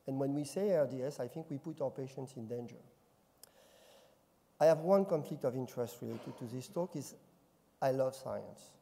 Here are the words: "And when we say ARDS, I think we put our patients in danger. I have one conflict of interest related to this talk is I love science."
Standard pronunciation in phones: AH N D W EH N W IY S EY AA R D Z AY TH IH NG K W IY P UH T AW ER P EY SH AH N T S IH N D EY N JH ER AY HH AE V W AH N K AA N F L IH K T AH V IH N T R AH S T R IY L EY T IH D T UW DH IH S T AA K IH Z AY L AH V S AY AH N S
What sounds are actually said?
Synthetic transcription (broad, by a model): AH N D W EH N W IY S EY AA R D S AY TH IH NG K W IY P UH T AW ER P EY SH AH N T S IH N D EY N JH ER AY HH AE V W AH N K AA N F L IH K T AH V IH N T R AH S T R IY L EY T IH D T UW DH IH S T AA K IH Z AY L AH V S AY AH N S